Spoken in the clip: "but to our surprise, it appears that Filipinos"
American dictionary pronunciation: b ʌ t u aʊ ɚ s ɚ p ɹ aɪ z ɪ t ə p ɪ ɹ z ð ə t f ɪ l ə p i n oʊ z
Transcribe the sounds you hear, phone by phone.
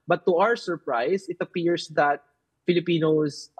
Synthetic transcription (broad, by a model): b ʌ t u aʊ ɚ s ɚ p ɹ aɪ s ɪ t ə p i ɹ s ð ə t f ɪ l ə p i n oʊ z